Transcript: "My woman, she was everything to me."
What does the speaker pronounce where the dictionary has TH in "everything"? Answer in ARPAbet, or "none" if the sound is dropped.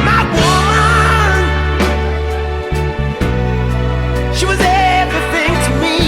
TH